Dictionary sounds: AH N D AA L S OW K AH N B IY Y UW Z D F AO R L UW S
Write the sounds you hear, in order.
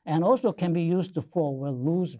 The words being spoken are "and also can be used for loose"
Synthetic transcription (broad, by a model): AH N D AA L S OW K AH N B IY Y UW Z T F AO W L UW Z